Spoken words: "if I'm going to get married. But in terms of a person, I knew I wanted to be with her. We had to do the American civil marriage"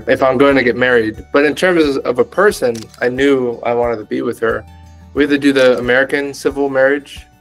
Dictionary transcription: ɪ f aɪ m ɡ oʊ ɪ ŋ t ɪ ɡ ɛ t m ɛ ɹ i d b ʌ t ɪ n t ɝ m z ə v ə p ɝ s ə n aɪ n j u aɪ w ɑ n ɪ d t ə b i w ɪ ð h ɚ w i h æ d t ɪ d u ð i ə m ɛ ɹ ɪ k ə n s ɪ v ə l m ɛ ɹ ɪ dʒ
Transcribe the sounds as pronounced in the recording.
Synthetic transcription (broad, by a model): ɪ f aɪ m ɡ oʊ ɪ ŋ t ɪ ɡ ɛ t m ɛ ɹ i d b ʌ t ɪ n t ɝ m z ə v ə p ɝ s ə n aɪ n j u aɪ w ɑ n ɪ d t ə b i w ɪ ð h ɚ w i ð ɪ d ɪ ð i ə m ɛ ɹ ɪ k ə n s ɪ v l m ɛ ɹ ɪ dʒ